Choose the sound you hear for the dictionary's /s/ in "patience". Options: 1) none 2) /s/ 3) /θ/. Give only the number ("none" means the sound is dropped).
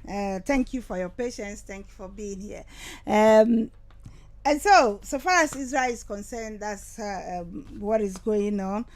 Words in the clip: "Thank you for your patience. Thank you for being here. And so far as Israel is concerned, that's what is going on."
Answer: 2